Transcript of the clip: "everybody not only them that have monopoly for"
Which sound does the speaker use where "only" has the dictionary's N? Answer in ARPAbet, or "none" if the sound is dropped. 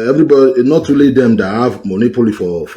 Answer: none